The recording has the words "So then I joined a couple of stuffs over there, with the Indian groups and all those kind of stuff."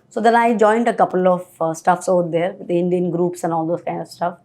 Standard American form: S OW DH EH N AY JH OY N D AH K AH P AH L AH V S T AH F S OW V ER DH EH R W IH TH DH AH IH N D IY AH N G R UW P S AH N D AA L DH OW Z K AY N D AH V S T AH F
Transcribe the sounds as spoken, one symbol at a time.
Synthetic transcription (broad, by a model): S OW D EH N AY JH OY N D AH K AH P AH L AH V S T AH F S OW UH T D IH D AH IH N D IY AH N G R UW P S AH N AA L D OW S K AY N D AH V S T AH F